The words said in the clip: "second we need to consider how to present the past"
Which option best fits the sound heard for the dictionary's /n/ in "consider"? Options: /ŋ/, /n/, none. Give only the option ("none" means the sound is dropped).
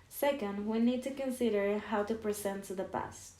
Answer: /n/